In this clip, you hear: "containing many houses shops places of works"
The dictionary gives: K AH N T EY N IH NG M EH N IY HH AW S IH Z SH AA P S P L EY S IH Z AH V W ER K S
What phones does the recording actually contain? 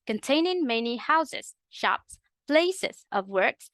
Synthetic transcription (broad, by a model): K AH N T EY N IH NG M EH N IY HH AW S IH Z SH AA P S P L EY S IH Z AH V W ER K S